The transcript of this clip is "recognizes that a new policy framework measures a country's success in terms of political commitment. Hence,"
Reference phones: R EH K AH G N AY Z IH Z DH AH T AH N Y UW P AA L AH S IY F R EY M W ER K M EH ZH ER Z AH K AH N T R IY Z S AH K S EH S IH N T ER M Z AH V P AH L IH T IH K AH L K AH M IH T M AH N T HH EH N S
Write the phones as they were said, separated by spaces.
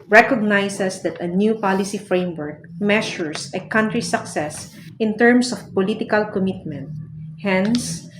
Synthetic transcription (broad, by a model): R EH K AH G N AY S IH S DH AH T AH N Y UW P AA L AH S IY F R EY M W ER K M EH SH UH S AH K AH N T R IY S AH K S EH S IH N T ER M S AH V P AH L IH T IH K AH L K AH M IH T M AH N T HH EH N S